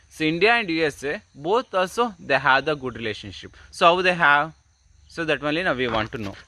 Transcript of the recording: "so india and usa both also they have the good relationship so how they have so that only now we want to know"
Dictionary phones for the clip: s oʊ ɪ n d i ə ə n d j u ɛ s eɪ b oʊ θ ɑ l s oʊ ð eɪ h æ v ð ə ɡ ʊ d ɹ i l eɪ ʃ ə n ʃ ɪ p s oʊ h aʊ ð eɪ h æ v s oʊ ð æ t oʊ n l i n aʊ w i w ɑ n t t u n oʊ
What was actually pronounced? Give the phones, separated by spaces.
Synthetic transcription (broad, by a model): s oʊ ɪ n d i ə ə n d j u ɛ s eɪ b oʊ t ɑ l s oʊ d eɪ h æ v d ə ɡ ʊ d ɹ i l eɪ ʃ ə n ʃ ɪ p s oʊ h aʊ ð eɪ h æ v s oʊ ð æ t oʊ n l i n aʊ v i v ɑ n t t u n oʊ